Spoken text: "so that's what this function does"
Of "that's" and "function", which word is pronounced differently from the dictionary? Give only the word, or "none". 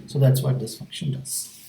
none